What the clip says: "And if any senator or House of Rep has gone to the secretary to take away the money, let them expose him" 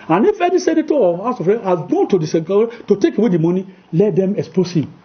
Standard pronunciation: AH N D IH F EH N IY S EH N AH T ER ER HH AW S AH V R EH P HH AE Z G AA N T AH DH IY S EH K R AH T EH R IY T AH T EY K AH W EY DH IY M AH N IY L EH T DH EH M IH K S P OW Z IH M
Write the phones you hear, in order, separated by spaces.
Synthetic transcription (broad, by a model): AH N IH F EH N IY S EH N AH T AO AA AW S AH F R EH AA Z G AA N T AH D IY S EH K AH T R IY T AH T EY K AH W EY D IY M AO N IY L EH T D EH M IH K S P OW S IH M